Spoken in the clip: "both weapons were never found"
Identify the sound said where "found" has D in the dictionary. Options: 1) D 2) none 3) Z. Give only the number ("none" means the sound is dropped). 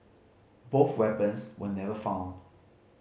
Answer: 1